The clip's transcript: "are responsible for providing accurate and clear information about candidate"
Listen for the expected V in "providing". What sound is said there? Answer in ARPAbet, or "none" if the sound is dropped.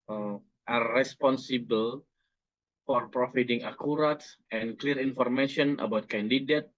F